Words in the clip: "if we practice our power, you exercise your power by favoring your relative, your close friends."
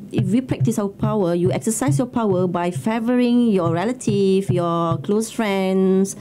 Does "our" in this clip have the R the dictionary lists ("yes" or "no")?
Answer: no